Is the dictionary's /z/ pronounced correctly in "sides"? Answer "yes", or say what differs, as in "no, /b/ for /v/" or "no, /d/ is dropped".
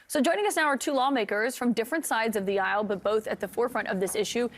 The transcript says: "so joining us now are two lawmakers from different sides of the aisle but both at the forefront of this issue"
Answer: yes